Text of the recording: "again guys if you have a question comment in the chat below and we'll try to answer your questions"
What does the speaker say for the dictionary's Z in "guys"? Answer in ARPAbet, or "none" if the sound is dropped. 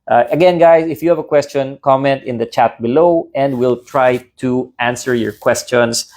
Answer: S